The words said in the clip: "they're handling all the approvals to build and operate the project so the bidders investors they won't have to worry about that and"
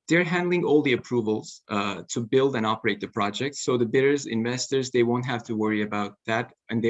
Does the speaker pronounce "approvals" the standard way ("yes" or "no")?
yes